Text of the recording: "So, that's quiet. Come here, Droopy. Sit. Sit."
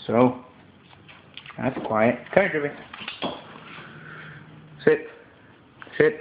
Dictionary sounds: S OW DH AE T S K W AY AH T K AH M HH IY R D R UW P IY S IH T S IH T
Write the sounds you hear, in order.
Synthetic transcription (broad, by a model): S OW DH AE T S K W AY AH T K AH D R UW B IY S IH T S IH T